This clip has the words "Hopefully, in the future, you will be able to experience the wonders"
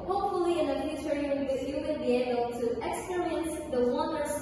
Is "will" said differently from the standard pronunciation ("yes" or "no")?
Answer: yes